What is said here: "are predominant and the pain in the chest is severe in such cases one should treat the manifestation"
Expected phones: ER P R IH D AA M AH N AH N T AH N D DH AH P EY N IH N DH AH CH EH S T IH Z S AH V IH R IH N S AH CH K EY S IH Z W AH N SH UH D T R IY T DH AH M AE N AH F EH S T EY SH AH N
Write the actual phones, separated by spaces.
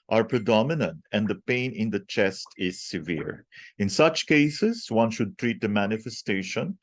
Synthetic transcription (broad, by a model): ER P R IH D AA M AH N AH N T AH N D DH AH P EY N IH N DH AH CH EH S T IH Z S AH V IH R IH N S AH CH K EY S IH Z W AH N SH UH D T R IY T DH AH M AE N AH F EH S T EY SH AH N